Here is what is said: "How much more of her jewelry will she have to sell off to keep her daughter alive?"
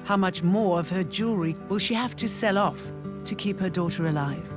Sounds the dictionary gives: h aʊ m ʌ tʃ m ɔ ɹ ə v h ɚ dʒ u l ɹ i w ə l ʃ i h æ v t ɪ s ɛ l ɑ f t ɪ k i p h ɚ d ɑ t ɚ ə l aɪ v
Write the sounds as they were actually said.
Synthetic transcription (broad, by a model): h aʊ m ʌ tʃ m ɔ ɹ ə v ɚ dʒ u ɹ i w ə l ʃ i h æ f t ɪ s ɛ l ɑ f t ɪ k i p h ɚ d ɑ t ɚ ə l aɪ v